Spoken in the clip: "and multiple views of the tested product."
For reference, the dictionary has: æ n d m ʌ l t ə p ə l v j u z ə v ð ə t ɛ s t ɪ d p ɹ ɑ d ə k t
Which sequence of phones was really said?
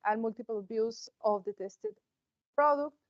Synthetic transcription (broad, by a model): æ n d m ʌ l t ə p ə l b j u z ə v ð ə t ɛ s t ɪ d p ɹ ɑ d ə k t